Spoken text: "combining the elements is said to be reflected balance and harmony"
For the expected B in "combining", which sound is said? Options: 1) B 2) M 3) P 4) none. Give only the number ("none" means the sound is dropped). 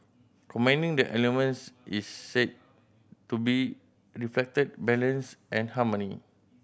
4